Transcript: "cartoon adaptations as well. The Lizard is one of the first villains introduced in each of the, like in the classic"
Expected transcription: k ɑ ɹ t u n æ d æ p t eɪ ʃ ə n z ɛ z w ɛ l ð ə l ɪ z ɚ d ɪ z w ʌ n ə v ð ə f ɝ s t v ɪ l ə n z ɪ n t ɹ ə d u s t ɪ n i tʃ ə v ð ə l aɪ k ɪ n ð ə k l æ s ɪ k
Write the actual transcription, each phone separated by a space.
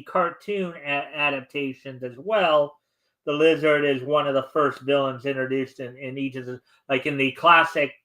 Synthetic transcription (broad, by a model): k ɑ ɹ t u n æ d æ p t eɪ ʃ ə n z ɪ z w ɛ l ð ə l ɪ z ɚ d ɪ z w ʌ n ə v ð ə f ɝ s t v ɪ l ə n z ɪ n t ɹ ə d u s t ɪ n i tʃ ə v ð ə l aɪ k ɪ n ð ə k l æ s ɪ k